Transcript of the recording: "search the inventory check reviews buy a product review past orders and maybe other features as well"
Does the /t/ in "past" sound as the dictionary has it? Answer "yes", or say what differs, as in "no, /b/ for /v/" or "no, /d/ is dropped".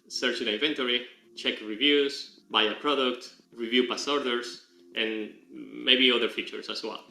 no, /t/ is dropped